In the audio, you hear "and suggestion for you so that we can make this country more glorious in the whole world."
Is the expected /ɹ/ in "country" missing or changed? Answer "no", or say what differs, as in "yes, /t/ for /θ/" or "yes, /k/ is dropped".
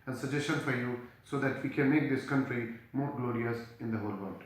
no